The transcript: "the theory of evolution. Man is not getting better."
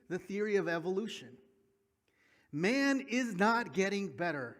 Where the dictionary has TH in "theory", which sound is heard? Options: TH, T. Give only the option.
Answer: TH